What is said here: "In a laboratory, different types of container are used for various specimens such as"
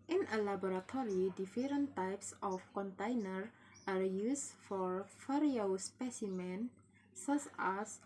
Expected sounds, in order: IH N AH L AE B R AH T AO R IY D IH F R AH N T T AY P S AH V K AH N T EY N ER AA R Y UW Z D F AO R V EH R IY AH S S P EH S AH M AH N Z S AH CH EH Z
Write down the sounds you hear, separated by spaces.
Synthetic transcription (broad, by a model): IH N AH L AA B R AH T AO R IY D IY F R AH N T T AY P S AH F K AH N T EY N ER AA R Y UW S F AO R F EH R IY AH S S P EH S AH M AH N S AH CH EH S